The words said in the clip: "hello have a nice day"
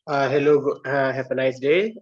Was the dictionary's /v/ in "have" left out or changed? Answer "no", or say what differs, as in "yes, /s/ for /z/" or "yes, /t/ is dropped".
yes, /p/ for /v/